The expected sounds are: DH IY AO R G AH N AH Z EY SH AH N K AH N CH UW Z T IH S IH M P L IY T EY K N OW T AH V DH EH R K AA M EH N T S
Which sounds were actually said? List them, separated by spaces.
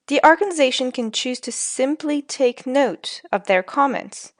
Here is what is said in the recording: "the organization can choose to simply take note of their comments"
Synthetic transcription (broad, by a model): DH IY AO R G AH N AH Z EY SH AH N K AH N CH UW Z T IH S IH M P L IY T EY K N OW T AH V DH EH R K AA M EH N T S